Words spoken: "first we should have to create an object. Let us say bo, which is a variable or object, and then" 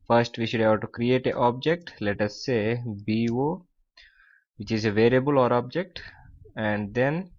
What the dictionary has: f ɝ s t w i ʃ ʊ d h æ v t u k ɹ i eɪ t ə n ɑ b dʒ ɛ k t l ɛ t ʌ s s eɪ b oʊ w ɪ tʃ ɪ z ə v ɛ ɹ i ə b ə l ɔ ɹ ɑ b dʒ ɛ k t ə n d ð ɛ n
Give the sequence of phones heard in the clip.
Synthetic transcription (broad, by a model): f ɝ s t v i ʃ ʊ d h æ b t u k ɹ i eɪ t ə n ɑ b dʒ ɛ k t l ɛ t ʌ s s eɪ b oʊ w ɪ tʃ ɪ z ə v ɛ ɹ i ə b ə l ɔ ɹ ɑ b dʒ ɛ k t ə n d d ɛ n